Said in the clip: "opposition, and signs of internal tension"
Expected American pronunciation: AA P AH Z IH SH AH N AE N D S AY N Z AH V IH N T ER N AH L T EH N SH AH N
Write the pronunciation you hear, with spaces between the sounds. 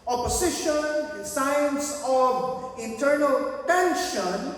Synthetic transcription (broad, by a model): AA P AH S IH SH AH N N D S AY N S AH V IH N T ER N AH L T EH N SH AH N